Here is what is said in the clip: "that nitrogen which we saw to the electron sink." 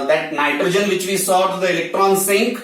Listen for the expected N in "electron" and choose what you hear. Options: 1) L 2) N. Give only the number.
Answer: 2